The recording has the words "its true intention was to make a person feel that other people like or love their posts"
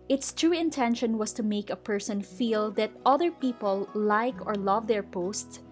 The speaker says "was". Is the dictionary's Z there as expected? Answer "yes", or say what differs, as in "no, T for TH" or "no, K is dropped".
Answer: no, S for Z